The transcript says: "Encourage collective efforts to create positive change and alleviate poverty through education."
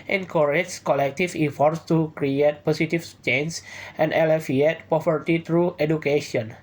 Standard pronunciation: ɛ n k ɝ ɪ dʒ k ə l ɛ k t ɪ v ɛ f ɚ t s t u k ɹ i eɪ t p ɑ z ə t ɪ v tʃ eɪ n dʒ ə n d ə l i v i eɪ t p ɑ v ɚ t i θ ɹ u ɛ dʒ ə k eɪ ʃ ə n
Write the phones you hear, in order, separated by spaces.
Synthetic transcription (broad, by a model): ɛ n k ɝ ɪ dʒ k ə l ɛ k t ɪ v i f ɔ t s t u k ɹ i eɪ t p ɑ s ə t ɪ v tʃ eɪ n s ə n d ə l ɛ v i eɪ t p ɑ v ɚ t i t ɹ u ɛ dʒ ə k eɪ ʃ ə n